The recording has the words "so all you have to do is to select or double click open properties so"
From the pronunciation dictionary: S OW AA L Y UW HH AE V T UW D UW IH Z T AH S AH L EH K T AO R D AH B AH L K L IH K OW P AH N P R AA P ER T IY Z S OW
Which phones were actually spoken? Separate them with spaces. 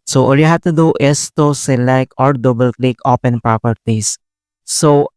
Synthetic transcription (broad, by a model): S OW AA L Y UW HH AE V T UW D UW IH S T AH S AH L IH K AO R D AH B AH L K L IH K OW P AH N P R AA P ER T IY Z S OW